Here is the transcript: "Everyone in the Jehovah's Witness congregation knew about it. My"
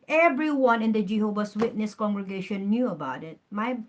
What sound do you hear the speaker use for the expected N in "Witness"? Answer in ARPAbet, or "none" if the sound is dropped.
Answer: N